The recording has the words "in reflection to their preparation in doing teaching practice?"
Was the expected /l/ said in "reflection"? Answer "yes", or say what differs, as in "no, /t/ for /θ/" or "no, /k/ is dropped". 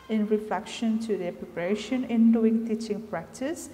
yes